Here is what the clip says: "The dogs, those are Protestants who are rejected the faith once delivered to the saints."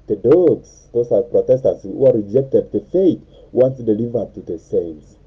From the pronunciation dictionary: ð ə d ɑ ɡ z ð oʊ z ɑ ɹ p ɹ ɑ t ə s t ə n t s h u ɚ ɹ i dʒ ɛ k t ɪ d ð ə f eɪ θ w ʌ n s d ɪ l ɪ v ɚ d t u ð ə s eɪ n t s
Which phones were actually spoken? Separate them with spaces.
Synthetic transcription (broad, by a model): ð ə d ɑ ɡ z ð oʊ s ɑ l p ɹ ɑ t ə s t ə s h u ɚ ɹ i dʒ ɛ k t ɪ d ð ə f eɪ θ w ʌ n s d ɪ l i v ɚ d t u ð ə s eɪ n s